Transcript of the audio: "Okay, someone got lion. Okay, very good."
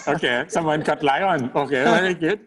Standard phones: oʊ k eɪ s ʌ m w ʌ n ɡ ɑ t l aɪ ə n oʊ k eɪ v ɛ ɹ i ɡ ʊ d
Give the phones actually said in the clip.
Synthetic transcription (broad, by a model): oʊ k eɪ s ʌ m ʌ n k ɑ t l aɪ ə n oʊ k eɪ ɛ i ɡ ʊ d